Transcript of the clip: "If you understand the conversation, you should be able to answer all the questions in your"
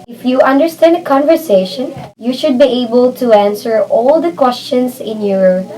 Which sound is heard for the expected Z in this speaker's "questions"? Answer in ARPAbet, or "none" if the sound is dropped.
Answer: S